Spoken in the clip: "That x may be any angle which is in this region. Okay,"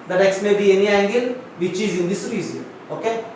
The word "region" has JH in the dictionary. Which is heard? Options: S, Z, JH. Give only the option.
Z